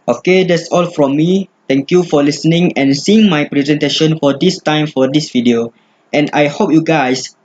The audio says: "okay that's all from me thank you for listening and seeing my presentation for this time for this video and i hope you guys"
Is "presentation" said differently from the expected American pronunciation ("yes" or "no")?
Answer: no